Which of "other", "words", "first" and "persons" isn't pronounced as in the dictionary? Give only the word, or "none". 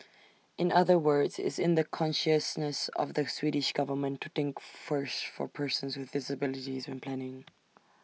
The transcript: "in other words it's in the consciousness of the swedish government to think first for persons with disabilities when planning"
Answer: none